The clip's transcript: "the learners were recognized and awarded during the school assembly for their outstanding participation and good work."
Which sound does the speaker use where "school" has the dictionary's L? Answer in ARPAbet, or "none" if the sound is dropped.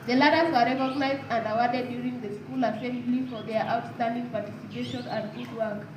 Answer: L